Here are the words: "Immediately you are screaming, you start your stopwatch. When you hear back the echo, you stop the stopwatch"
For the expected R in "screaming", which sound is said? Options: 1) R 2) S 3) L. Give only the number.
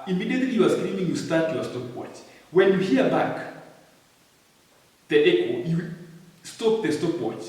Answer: 3